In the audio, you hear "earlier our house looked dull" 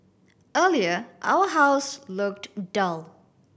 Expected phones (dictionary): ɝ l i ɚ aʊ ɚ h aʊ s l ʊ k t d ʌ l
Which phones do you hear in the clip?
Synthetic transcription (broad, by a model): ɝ l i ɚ aʊ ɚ h aʊ s l ʊ k t d ʌ l